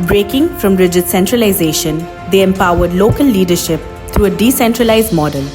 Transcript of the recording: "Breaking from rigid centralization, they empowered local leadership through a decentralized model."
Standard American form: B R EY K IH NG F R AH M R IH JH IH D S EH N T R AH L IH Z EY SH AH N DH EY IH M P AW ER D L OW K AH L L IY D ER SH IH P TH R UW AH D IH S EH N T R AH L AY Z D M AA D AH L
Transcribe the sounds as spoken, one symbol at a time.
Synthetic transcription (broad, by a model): B R EY K IH NG F R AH M R IH JH IH D S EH N T R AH L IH Z EY SH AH N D EY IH M P AW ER D L OW K AH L L IY D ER SH IH P T R UW AH D IH S EH N T R AH L AY Z D M AA D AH L